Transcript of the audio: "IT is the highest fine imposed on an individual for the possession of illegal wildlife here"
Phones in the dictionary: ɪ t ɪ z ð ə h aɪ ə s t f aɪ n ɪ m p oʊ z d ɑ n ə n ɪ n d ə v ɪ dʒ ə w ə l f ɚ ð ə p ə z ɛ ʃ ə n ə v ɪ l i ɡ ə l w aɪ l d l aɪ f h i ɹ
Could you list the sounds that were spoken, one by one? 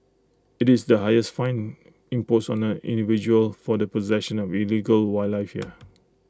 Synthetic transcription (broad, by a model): ɪ t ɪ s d ə h aɪ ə s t f aɪ n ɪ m p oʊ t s ɑ n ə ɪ n d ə v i dʒ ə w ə l f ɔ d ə p ə z ɛ ʃ ə n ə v ɪ l i ɡ ə l w aɪ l l aɪ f h i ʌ